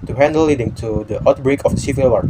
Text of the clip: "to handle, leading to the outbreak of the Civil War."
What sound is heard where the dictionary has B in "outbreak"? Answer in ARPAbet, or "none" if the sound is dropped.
B